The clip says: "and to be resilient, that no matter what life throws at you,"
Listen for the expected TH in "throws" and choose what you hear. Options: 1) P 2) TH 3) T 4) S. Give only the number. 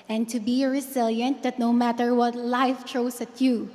3